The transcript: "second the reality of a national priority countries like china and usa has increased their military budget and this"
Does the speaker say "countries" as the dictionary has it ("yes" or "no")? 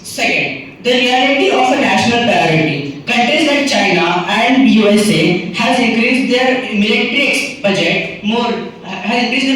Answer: no